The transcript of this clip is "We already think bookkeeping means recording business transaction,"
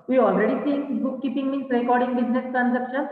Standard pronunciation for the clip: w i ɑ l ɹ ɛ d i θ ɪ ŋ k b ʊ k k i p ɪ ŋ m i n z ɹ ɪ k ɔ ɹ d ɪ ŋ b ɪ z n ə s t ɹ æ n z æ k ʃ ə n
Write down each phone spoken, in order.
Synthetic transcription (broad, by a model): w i ɑ l ɹ ɛ d i s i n b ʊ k k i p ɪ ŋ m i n s ɹ ɪ k ɔ ɹ d ɪ ŋ b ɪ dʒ n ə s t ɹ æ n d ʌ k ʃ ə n